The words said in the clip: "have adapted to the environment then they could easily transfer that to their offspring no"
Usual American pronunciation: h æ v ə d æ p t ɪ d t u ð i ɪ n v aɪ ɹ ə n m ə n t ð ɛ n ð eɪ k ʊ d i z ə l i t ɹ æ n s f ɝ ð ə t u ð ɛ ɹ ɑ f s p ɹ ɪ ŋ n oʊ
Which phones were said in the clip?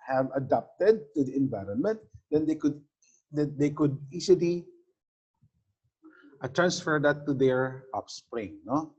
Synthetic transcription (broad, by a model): h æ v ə d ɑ p t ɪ d t u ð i ɪ n v aɪ ɹ ə n m ə n t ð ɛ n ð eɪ k ʊ d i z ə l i t ɹ æ n s f ɝ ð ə t u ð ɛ ɹ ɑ p s p ɹ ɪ ŋ n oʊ